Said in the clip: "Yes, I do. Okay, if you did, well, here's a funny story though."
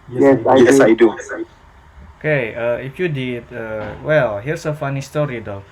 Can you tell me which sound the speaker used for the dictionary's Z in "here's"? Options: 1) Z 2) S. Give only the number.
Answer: 2